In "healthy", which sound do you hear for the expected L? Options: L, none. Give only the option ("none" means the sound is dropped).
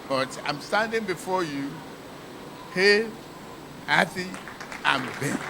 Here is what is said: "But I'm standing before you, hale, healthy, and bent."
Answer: none